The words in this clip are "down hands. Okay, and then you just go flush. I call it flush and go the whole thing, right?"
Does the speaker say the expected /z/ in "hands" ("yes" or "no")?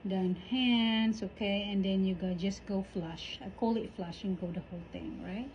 no